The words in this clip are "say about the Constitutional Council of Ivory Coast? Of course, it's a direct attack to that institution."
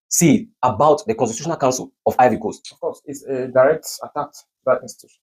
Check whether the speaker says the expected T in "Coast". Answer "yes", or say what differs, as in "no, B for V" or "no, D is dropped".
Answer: no, T is dropped